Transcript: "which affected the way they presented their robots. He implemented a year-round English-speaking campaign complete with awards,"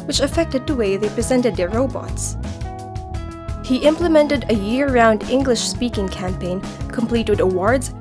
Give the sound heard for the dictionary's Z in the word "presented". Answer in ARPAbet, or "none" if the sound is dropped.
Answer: Z